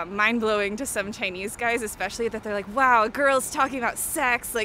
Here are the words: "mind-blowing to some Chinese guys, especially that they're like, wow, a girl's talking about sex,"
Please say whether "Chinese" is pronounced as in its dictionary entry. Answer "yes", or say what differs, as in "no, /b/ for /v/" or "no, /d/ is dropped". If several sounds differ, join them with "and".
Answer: yes